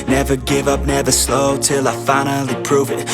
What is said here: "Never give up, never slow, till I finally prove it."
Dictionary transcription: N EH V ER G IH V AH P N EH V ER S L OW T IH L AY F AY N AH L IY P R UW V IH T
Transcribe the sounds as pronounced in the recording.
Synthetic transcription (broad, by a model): N EH V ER G IH V AH P N EH V ER S L OW T IH L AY F AY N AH L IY P R UW V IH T